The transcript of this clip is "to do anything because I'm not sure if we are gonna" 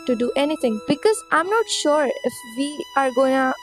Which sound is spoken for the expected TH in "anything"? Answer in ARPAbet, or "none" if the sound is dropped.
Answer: T